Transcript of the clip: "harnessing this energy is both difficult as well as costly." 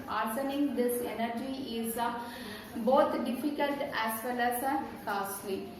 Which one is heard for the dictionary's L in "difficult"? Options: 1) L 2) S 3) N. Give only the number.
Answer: 1